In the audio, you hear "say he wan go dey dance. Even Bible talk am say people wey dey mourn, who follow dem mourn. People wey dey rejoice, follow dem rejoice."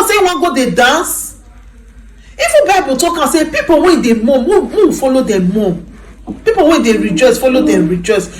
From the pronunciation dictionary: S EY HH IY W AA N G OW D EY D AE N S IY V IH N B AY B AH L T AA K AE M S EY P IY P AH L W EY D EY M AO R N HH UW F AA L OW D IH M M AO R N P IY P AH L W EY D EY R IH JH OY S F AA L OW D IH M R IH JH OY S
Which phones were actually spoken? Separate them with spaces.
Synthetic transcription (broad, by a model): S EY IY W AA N G OW D EY D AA N S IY F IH B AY B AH T AA K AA S EY P IY P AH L W EY D EY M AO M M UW F AA L OW D IH M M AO P IY P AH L W EY D EY R IH JH OY S F AA L OW D IH M R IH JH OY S